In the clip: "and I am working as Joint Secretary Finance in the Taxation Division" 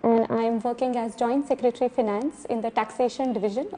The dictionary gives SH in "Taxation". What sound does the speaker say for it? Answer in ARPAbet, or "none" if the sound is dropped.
SH